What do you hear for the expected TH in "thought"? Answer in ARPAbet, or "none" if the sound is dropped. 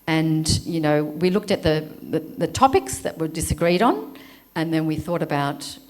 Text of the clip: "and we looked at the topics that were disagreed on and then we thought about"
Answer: TH